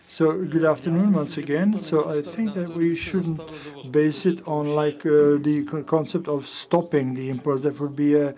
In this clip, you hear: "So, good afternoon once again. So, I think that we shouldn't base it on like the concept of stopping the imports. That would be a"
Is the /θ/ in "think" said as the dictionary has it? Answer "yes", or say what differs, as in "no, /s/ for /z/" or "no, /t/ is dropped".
yes